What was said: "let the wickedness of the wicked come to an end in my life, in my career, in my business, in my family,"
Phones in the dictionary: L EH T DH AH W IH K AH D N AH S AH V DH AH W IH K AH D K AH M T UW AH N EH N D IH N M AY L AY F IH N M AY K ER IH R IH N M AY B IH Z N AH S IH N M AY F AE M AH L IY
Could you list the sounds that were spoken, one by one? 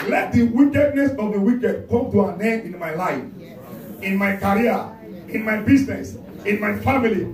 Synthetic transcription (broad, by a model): L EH T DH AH W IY K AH D N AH S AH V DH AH W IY K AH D K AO M T UW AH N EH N IH N M AY L AY F IH N M AY K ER R IH N M AY B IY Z N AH S IH N M AY F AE M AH L IY